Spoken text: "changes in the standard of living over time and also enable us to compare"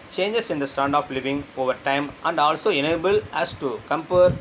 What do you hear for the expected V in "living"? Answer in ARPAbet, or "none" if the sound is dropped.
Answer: V